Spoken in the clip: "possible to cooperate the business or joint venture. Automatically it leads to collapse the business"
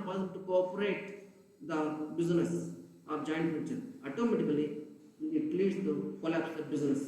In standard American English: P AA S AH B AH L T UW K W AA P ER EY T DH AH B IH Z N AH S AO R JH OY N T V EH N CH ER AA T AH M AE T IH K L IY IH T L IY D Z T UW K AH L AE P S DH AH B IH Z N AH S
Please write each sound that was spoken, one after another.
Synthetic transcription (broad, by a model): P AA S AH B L T UW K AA P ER EY T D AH B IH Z N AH S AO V JH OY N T F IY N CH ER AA T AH M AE T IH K L IY IH T L IY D S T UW K AH L AE P S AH B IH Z N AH S